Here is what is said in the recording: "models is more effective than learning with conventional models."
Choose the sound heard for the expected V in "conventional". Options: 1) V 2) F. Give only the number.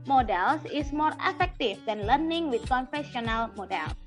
2